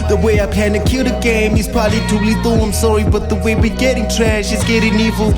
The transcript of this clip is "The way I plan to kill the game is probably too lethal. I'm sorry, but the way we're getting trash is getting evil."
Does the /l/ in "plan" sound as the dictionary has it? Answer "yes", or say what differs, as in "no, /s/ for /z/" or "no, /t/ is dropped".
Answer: no, /l/ is dropped